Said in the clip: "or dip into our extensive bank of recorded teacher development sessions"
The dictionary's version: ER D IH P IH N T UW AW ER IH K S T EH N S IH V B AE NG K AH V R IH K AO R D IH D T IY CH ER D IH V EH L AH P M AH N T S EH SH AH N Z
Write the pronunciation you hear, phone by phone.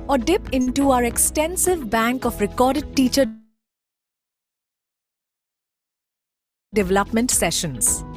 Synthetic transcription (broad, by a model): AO D IH P IH N T UW AW ER IH K S T EH N S IH V B AE NG K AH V R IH K AO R D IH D T IY CH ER D IH V EH L AH P M AH N T S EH SH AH N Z